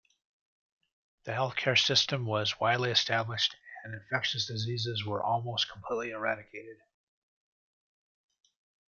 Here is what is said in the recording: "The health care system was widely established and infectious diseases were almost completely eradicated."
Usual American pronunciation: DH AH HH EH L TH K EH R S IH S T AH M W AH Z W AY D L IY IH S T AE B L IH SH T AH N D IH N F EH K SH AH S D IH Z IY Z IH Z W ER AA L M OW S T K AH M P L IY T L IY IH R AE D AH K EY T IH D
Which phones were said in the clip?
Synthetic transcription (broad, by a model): DH AH HH EH L TH K EH R S IH S T AH M W AH Z W AY D L IY IH S T AE B L IH SH T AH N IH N F EH K SH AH S D IH Z IY Z IH Z W ER AA L M OW S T K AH M P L IY T L IY IH R AE D AH K EY T IH D